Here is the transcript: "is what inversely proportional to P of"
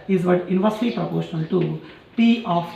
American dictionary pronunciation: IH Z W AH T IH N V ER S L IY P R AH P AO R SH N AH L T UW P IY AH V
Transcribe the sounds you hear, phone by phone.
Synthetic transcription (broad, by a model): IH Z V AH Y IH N V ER S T IY P R AH P AO R SH N AH L T UW P IY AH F